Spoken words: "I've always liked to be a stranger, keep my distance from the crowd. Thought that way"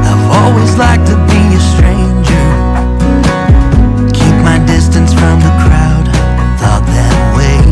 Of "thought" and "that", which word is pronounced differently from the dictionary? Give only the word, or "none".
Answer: none